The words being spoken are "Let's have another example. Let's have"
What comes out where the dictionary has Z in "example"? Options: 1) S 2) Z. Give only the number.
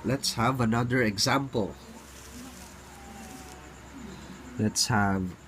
2